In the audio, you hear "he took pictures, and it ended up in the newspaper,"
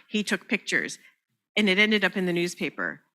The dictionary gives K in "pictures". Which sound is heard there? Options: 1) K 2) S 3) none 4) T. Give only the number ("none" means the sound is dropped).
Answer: 1